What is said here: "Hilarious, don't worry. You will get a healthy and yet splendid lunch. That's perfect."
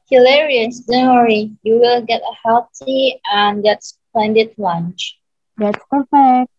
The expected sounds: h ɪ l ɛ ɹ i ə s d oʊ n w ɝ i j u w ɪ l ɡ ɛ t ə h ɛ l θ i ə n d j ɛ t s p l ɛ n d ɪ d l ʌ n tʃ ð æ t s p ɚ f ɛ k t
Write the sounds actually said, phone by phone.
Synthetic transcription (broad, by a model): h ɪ l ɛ ɹ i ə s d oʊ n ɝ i j u w ɪ l ɡ ɛ t ə h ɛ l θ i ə n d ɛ t s p l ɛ n d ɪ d l ʌ n tʃ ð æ t s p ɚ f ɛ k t